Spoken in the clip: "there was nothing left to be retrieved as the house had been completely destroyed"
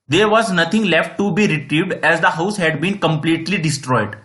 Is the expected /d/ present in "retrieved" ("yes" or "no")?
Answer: yes